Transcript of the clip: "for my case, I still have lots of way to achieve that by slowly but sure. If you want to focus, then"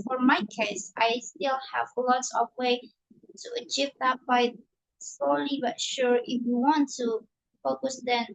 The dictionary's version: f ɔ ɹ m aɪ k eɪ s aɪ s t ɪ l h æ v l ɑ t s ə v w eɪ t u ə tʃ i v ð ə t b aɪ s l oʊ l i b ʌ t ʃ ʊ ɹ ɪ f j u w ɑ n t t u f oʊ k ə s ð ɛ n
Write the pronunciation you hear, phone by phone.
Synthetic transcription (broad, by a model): f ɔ ɹ m aɪ k eɪ s aɪ s t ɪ l h æ v l ɑ t s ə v w eɪ t u ə tʃ i v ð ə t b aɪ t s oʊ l i b ʌ t ʃ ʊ ɹ ɪ f j u w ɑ n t t u f oʊ k ə s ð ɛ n